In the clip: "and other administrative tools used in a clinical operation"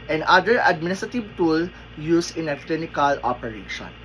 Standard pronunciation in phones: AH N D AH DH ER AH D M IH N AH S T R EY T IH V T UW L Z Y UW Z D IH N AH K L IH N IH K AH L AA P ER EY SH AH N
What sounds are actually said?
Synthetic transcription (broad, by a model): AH N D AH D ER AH D M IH N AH S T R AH T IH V T UW L Y UW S IH N AH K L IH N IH K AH L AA P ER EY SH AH N